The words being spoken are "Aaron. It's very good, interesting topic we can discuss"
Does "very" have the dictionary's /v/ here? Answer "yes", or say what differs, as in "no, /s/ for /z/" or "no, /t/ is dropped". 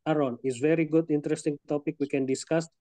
yes